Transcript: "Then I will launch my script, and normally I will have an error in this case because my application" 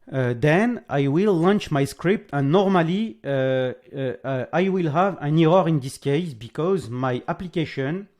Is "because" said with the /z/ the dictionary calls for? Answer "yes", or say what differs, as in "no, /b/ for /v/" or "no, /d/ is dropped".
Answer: yes